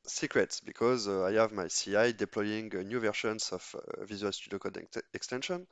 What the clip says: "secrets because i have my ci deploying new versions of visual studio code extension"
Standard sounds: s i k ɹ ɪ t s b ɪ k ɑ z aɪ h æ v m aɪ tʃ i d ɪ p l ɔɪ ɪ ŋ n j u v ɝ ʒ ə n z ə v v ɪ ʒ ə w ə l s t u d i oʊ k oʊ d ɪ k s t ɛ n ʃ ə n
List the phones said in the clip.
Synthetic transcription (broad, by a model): s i k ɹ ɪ t s b ɪ k ɑ z aɪ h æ v m aɪ s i d ɪ p l ɔɪ ɪ ŋ n j u v ɝ ʃ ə n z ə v v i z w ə l s t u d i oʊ k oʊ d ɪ k s t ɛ n ʃ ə n